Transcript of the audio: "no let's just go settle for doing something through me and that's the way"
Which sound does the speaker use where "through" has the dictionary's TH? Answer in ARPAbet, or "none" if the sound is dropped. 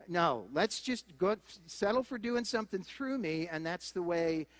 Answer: TH